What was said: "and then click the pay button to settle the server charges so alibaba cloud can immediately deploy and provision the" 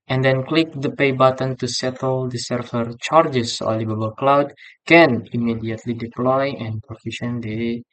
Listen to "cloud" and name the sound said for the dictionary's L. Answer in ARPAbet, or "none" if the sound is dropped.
L